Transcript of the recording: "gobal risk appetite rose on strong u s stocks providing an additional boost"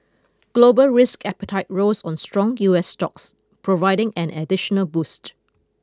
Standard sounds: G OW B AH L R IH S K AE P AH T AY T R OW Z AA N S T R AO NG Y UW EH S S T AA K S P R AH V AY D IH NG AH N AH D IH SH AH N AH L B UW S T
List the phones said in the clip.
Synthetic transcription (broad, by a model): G OW B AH L R IH S K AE P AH T AY T R OW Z AA N S T R AO NG Y UW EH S S T AA K S P R AH V AY D IH NG AH N AH D IH SH AH N AH L B UW S T